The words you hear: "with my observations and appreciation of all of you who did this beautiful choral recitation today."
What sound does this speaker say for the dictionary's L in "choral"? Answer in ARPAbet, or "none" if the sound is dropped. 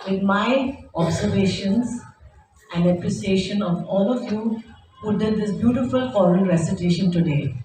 N